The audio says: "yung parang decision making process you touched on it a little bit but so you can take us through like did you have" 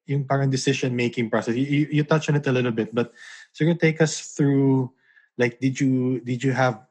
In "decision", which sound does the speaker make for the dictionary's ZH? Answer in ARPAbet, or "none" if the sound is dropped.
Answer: SH